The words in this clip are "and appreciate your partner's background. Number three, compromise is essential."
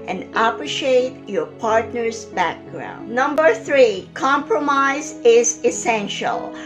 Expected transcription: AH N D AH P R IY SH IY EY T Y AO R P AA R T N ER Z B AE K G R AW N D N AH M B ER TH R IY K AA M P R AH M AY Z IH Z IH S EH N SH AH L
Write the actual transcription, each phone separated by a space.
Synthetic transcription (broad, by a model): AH N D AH P R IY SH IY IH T Y AO R P AA R T N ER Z B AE K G R AW N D N AH M B ER TH R IY K AA M P R AH M AY Z IH Z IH S EH N SH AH L